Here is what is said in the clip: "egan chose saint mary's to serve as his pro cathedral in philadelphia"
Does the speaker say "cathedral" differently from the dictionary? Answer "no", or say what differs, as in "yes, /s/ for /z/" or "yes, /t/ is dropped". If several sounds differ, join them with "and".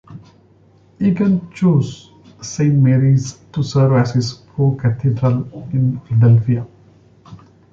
yes, /t/ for /θ/